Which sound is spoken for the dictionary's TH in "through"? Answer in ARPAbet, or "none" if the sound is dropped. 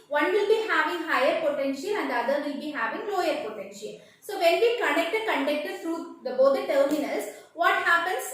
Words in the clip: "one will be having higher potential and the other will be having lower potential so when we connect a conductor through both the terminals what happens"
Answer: T